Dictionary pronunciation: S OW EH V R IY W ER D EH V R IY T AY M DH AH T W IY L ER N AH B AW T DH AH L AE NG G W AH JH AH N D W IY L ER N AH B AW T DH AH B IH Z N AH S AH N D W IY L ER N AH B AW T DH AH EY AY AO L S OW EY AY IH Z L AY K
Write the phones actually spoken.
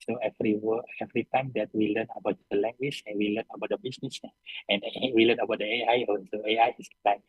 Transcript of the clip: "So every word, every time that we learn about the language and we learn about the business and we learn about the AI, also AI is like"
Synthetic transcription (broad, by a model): S OW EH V R IY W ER EH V R IY T AY M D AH T W IY L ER N AH B AW T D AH L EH NG G W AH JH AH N W IY L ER N AH B AW T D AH B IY S N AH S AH N W IY L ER N AH B AW T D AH EY AY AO N S OW EY AY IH S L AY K